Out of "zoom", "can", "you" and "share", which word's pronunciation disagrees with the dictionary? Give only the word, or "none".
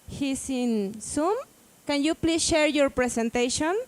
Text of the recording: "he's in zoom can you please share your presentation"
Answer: zoom